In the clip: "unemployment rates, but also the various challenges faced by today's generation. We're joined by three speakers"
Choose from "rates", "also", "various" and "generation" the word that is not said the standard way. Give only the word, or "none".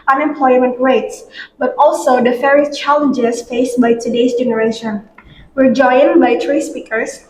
various